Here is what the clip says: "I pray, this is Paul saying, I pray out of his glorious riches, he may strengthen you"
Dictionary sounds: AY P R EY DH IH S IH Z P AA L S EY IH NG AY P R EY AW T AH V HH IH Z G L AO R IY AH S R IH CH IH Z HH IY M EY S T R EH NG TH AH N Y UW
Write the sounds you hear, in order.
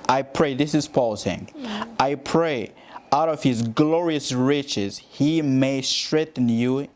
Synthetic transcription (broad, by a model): AY P R EY DH IH S IH Z P AA L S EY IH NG AY P R EY AW T AH V HH IH Z G L AO R IY AH S R IH CH IH Z HH IY M EY S T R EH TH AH N Y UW